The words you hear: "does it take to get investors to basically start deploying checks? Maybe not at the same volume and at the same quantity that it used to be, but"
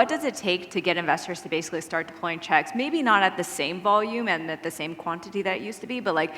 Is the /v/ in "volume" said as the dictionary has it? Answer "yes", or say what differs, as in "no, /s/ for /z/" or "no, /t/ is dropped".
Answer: yes